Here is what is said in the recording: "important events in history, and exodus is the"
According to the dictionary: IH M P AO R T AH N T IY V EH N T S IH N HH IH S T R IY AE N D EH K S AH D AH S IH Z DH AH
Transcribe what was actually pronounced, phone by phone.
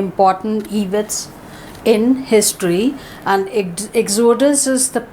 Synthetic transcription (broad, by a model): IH M P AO R T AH N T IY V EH T S IH N HH IH S T R IY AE N D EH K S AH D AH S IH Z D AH